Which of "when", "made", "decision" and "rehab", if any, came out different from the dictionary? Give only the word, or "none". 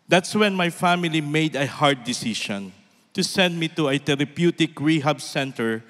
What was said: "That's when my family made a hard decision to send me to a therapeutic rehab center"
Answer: decision